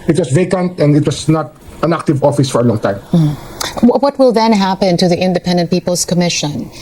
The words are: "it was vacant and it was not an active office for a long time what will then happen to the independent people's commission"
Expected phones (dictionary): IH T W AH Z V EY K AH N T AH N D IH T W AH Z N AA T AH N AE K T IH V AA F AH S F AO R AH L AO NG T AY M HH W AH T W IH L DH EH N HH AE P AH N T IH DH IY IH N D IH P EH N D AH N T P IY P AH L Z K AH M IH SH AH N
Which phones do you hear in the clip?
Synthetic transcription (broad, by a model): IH T W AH S V EY K AH N T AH N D IH T W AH S N AA T AH N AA K T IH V AA F AH S F AO R AH L AO NG T AY M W W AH T W IH L DH EH N HH AE P AH N T IH DH IY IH N D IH P EH N D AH N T P IY P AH L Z K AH M IH SH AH N